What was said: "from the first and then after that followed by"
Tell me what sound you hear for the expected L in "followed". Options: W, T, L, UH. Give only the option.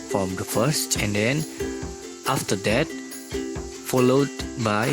L